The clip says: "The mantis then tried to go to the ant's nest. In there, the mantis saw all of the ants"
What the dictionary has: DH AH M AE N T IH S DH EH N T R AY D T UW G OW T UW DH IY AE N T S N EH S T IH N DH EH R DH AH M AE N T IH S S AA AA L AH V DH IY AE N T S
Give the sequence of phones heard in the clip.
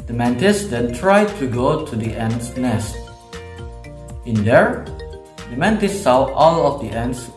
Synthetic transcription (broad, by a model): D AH M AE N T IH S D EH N T R AY D T UW G OW T UW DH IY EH N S N EH S T IH N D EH R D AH M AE N T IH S S AA AA L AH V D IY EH N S